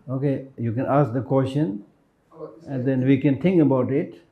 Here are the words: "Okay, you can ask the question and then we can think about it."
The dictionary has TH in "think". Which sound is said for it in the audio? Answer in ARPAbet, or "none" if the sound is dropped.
T